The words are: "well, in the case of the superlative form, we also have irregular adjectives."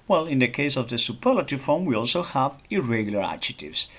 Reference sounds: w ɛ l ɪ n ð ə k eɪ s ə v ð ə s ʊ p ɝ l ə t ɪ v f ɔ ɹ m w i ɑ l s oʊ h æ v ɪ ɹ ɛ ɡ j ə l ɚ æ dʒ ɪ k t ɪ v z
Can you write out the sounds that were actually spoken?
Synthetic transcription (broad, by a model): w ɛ l ɪ n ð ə k eɪ s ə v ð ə s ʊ p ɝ l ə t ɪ f ɔ ɹ m w i ɑ l s oʊ h æ v ɪ ɹ ɛ ɡ j ə l ɚ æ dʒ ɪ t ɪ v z